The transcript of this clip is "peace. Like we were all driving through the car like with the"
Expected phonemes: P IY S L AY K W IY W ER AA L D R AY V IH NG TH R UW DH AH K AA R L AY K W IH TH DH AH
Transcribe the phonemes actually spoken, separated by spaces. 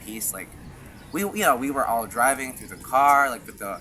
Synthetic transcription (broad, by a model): P IY S L AY K W IY W ER AA L D R AY V IH NG TH R UW DH AH K AA R L AY K W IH DH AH